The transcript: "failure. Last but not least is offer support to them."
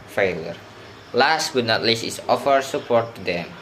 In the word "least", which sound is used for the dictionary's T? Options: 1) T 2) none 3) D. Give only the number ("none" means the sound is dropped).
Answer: 2